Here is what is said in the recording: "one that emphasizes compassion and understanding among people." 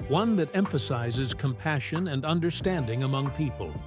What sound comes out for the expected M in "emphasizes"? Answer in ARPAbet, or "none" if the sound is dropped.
M